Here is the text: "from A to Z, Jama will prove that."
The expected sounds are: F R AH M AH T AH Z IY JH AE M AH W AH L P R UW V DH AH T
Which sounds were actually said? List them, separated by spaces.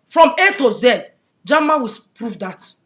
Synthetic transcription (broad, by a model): F R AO M AH T AH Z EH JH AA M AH W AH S P R UW V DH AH T